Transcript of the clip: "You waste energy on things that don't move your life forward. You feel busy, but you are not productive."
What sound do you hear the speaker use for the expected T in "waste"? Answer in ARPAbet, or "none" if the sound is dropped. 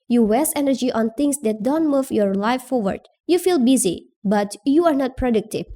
none